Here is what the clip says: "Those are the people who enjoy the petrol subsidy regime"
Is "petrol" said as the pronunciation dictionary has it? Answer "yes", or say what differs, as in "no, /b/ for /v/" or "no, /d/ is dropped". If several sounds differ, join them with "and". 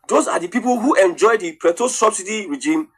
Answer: no, /ɹ/ is dropped